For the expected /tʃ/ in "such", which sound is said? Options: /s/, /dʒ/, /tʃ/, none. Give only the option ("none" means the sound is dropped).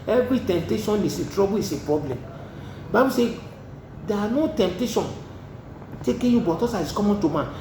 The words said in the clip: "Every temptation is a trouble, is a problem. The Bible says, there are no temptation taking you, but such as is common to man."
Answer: /s/